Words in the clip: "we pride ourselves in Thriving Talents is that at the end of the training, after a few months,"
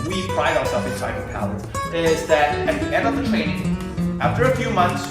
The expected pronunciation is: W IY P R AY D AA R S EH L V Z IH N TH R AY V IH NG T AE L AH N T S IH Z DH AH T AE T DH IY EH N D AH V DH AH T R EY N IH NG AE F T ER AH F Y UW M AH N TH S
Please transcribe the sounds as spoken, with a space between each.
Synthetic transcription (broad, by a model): W IY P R AY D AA R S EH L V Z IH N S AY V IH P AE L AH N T IH Z DH AH T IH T DH IY EH N D AH V DH AH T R EY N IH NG AE F T ER AH F Y UW M AH N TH S